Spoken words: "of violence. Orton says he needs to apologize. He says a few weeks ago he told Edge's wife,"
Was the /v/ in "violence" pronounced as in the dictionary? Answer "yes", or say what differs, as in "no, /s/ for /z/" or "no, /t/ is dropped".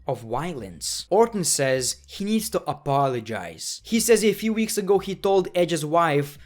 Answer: no, /w/ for /v/